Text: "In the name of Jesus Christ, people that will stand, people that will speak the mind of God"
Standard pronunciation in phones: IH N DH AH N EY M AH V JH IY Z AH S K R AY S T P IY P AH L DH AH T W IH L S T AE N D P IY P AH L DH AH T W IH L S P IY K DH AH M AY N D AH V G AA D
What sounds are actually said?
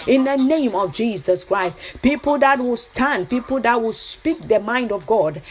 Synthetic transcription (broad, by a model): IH N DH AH N EY M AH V JH IY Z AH S K R AY S T P IY P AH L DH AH T W IH L S T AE N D P IY P AH L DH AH T W IH L S P IY K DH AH M AY N D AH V G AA D